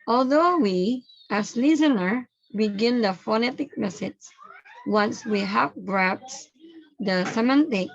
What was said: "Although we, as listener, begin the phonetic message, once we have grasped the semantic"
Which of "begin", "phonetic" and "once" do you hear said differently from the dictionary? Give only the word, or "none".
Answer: none